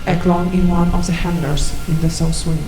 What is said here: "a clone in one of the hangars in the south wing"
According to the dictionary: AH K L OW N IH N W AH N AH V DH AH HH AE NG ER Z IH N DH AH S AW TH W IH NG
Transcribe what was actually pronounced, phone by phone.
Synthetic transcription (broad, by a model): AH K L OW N IH N W AH N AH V DH AH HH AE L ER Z IH N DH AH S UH S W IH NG